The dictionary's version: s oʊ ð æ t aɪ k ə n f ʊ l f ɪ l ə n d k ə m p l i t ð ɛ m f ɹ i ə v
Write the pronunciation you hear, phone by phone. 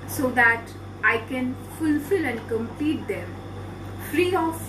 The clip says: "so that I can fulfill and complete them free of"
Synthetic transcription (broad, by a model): s oʊ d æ t aɪ k ə n f ʊ l f ɪ l ə n d k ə m p i t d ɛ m f ɹ i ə